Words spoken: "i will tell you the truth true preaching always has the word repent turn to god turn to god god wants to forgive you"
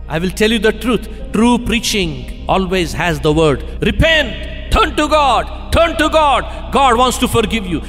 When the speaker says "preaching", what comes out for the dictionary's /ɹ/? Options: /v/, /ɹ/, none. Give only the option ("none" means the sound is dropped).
/ɹ/